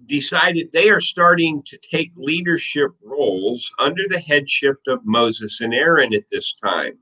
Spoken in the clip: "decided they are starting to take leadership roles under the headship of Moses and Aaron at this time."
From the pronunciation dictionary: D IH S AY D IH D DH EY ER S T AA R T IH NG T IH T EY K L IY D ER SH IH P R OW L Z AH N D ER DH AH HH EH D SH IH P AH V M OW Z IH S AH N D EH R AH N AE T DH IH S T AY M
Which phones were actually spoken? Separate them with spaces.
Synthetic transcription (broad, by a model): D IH S AY D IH D DH EY ER S T AA R T IH NG T IH T EY K L IY D ER SH IH P R OW L Z AH N D ER DH AH HH EH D SH IH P AH V M OW Z IH S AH N EH R AH N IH T DH IH S T AY M